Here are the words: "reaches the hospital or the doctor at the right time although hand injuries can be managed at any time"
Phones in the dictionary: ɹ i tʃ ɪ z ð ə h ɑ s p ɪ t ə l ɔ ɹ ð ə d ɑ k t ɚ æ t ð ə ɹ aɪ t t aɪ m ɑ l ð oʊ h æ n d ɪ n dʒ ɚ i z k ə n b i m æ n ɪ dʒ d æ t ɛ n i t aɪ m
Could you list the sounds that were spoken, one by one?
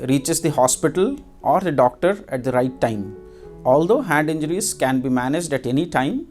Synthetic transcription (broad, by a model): ɹ i tʃ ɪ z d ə h ɑ s p ɪ t ə l ɔ ɹ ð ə d ɑ k t ɚ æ t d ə ɹ aɪ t t aɪ m ɑ l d oʊ h æ n d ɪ n dʒ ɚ i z k ə n b i m æ n ɪ dʒ d æ t ɛ n i t aɪ m